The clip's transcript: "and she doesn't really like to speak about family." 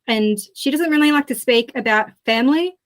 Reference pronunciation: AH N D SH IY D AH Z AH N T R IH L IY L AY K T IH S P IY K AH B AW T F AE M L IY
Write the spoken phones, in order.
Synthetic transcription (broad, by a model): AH N SH IY D AH Z AH N T R IH L IY L AY K T IH S P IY K AH B AW T F AE M L IY